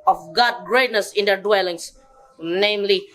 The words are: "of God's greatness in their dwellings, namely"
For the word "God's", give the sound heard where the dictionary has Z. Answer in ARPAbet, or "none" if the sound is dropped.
none